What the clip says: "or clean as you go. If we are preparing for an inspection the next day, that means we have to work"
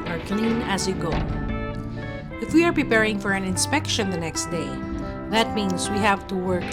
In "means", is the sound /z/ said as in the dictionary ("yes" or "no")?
no